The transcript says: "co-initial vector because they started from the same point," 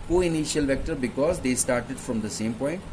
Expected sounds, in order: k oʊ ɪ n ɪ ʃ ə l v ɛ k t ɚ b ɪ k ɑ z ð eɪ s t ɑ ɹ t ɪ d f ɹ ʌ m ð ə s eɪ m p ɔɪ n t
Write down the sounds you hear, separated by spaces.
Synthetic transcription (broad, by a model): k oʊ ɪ n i ʃ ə l v ɛ k t ɚ b ɪ k ɑ z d eɪ s t ɑ ɹ t ɪ d f ɹ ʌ m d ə s eɪ m p ɔɪ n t